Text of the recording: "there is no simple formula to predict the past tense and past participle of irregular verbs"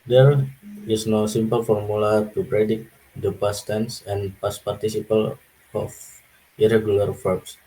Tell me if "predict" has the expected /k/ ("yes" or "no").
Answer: no